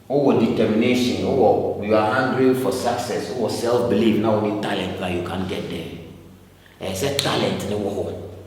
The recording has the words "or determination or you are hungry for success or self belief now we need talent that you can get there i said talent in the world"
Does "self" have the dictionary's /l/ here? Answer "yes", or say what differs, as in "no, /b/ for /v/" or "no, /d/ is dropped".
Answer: yes